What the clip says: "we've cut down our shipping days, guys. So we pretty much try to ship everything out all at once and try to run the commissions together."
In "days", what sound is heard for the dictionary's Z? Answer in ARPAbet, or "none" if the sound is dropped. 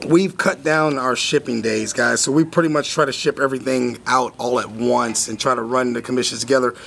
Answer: Z